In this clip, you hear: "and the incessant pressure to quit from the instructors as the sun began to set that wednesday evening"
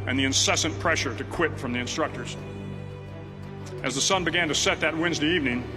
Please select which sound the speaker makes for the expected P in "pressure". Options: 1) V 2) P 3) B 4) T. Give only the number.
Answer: 2